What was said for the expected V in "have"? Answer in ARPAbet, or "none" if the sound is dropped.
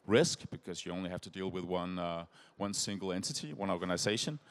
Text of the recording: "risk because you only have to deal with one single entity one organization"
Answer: F